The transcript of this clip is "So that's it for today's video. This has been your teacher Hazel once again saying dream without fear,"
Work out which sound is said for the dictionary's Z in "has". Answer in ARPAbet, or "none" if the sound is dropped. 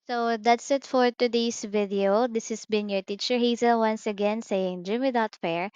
S